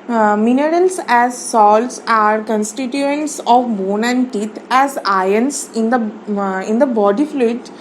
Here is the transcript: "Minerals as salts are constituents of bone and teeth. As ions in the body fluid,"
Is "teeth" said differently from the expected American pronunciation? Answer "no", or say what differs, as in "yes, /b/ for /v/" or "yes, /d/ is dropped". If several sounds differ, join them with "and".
yes, /t/ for /θ/